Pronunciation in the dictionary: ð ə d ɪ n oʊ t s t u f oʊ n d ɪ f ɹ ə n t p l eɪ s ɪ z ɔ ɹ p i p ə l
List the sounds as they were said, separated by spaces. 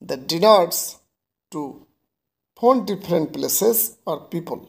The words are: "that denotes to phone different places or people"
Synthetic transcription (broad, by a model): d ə d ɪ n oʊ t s t u p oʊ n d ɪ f ɹ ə n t p l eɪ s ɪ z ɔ ɹ p i p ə l